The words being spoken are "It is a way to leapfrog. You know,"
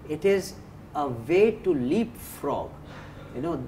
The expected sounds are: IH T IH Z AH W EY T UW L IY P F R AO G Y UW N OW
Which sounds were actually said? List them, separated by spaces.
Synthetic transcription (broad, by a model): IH T IH Z AH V EY T UW L IY P F R AO G Y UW N OW